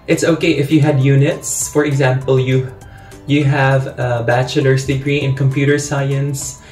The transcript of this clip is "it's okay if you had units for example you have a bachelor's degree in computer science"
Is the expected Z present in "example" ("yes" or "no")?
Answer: yes